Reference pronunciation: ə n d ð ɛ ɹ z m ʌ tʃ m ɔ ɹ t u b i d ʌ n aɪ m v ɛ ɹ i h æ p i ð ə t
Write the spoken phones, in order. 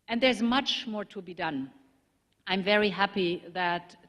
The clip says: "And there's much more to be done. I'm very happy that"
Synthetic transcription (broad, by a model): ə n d ð ɛ ɹ z m ʌ tʃ m ɔ ɹ t u b i d ʌ n aɪ m v ɛ ɹ i h æ p i ð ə t